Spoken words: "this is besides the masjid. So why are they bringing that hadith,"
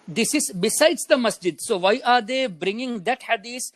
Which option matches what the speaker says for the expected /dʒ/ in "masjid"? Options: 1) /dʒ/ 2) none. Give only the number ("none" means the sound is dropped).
1